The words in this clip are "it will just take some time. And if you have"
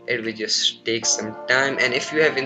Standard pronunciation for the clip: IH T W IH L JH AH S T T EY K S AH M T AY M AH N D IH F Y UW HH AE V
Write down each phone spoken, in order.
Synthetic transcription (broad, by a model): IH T W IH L JH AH S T T EY K S AH M T AY M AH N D IH F Y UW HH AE V